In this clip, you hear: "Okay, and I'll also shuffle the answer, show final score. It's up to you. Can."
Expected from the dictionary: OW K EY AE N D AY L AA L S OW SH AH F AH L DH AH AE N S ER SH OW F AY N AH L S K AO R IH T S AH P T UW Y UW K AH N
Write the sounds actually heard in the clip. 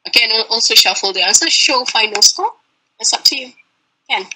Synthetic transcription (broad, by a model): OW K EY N AA L S OW SH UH F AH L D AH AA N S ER SH OW F AY N AH L S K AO L IH T S AH P T UW Y UW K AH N